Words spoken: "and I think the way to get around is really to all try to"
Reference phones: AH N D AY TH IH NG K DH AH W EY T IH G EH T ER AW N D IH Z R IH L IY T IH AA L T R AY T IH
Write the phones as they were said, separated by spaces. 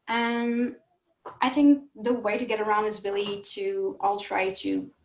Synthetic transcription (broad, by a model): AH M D AY TH IH NG K DH AH W EY T IH G EH T ER AW N D IH Z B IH L IY T IH AA L T R AY T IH